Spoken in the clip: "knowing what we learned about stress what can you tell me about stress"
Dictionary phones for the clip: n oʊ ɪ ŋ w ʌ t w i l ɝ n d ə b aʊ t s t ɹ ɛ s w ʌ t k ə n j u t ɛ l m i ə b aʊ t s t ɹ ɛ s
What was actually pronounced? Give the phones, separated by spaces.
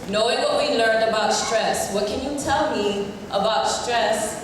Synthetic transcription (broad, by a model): n oʊ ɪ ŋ w ʌ t w i l ɝ n d ə b aʊ t s t ɹ ɛ s w ʌ t k ə n j u t ɛ l m i ə b aʊ t s t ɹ ɛ s